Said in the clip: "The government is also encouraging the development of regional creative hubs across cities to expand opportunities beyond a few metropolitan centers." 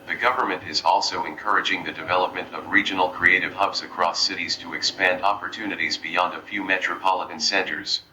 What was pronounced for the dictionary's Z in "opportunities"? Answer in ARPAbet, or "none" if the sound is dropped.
Z